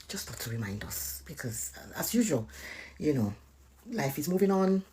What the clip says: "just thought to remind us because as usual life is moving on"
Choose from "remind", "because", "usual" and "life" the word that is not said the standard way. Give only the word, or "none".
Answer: usual